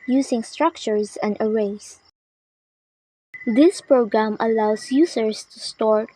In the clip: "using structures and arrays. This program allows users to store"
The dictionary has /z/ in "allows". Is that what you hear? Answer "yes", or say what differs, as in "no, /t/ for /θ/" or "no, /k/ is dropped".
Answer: no, /s/ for /z/